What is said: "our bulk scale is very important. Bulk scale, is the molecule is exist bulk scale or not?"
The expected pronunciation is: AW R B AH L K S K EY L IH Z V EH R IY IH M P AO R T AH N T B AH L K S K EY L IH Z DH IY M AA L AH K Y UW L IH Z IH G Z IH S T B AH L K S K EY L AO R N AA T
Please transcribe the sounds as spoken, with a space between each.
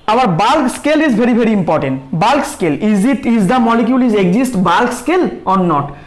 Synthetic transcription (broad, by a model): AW R B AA L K S K EY L IH Z B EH R IY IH M P AO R T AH N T B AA L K S K EY L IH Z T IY M AA L AH K Y UW L IH Z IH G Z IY S T B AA L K S K EY L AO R N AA T